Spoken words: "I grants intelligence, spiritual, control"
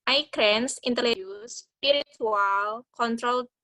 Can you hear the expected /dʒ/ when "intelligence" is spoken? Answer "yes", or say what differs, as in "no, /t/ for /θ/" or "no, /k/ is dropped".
no, /dʒ/ is dropped